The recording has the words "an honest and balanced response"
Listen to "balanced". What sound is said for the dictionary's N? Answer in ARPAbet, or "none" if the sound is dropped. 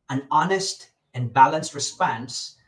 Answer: N